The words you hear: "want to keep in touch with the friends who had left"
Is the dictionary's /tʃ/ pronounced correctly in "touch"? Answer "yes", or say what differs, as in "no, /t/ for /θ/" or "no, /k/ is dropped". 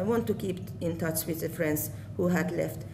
yes